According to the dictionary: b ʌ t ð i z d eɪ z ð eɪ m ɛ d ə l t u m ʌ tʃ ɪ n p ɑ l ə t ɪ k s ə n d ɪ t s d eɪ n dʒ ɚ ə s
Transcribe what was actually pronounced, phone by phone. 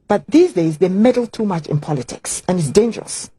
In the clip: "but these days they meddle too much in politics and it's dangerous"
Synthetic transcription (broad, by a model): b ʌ t ð i z d eɪ z ð eɪ m ɛ d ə l t u m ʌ tʃ ɪ n p ɑ l ə t ɪ k s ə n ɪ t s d eɪ n dʒ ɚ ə s